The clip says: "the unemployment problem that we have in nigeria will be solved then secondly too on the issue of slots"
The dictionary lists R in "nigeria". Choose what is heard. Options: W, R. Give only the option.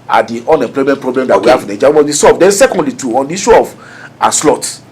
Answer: W